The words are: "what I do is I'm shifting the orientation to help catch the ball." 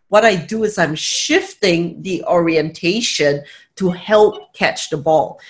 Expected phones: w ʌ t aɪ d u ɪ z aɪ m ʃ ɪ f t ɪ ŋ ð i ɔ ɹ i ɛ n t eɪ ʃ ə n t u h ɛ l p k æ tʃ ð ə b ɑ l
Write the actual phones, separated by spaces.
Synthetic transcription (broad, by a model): w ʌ t aɪ d u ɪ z aɪ m ʃ ɪ f t ɪ ŋ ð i ɔ ɹ i ɛ n t eɪ ʃ ə n t u h ɛ l p k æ tʃ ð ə b ɑ l